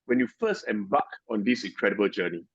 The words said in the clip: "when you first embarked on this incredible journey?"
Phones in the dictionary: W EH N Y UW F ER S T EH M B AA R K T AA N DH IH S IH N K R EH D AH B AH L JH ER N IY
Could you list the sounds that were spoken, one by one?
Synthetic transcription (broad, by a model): W EH N Y UW F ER S T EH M B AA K AA N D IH S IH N K R EH D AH B AH L JH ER N IY